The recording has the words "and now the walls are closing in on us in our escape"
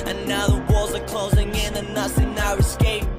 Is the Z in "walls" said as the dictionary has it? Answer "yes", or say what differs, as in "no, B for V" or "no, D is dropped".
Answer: yes